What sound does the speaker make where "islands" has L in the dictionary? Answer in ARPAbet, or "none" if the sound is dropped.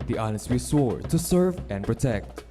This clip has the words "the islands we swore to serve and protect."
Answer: N